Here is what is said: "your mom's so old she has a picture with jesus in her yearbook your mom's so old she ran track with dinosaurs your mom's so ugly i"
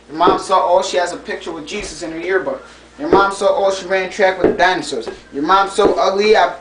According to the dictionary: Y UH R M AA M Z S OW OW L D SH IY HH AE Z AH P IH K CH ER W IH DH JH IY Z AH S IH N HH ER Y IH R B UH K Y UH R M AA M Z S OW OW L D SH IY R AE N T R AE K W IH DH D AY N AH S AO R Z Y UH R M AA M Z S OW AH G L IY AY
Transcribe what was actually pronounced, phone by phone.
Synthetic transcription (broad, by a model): Y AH R M AA M S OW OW L SH IY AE Z AH P IH K CH ER W IH DH JH IY Z AH S IH N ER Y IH R B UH K Y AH R M AA M S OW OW L SH IY R AE N T R AE K W IH DH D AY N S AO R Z Y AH R M AA M S OW AH G L IY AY